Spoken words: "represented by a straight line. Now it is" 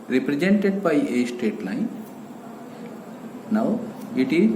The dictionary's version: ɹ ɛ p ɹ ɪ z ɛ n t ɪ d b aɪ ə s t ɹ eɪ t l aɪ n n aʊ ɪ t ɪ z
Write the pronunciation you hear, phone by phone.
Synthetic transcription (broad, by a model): ɹ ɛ p ɹ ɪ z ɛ n t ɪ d b aɪ ə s t eɪ t l aɪ n n aʊ ɪ t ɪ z